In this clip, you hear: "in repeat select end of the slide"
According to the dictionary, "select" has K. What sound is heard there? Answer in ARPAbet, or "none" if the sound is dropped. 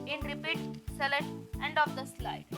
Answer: none